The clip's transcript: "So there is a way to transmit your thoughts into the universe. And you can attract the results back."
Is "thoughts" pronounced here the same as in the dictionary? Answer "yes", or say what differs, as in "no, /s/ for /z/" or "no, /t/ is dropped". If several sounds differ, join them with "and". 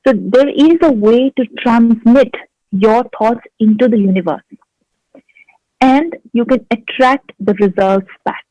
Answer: no, /t/ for /θ/